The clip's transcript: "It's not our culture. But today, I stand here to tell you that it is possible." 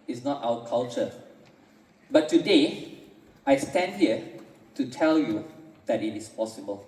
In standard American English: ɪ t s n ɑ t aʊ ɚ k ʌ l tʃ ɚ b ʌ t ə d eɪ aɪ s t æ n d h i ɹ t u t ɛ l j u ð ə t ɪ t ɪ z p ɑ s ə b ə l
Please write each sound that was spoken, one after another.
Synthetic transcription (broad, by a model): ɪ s n ɑ t aʊ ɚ k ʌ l tʃ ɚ b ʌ t ə d eɪ aɪ s t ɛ n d h i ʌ t u t ɛ l j u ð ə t ɪ t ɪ s p ɑ s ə b ə l